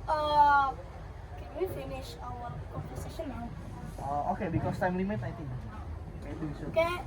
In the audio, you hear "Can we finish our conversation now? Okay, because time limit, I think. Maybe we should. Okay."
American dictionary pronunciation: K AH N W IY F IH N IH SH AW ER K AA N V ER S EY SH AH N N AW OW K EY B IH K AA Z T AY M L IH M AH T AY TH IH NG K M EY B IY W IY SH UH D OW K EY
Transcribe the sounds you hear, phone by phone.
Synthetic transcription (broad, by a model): K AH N W IY F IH N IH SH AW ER K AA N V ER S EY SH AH N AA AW OW K EY B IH K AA S T AY M L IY M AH T AY T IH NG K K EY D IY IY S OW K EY